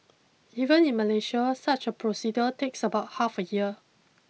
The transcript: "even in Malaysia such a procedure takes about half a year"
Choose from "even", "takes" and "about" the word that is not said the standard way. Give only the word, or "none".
none